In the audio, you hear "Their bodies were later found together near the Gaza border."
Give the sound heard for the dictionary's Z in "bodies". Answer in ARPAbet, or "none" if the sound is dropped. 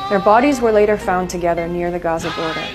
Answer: Z